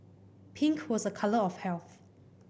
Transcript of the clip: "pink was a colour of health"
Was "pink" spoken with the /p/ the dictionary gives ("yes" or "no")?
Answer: yes